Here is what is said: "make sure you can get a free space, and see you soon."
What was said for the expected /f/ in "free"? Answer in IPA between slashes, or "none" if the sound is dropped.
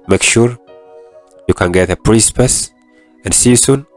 /p/